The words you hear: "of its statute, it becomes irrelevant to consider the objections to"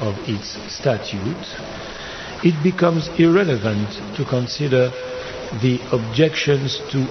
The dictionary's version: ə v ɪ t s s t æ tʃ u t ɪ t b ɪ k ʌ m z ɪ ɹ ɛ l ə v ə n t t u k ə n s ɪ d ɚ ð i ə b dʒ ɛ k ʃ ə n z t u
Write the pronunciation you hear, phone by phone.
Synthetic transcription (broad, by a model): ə v ɪ t s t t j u t ɪ t b ɪ k ʌ m z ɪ ɹ ɛ l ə v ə n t t u k ə n s ɪ d ɚ ð i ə b dʒ ɛ k ʃ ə n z t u